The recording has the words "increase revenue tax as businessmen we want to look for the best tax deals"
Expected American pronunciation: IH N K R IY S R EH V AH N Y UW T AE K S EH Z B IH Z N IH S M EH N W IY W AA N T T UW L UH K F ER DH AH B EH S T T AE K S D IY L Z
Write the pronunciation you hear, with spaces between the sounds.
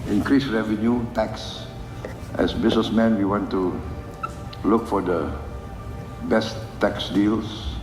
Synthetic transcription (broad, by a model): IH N K R IY S R EH V AH N Y UW T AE K S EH S B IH S N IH S M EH N W IY W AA N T T UW L UH K F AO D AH B EH S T T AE K S D IY L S